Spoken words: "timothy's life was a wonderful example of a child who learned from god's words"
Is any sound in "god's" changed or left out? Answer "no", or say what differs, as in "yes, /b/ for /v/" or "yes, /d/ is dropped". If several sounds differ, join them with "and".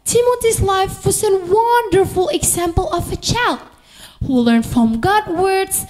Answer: yes, /z/ is dropped